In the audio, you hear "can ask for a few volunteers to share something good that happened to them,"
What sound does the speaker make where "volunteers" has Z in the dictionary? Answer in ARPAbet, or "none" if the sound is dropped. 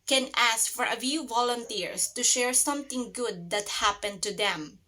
S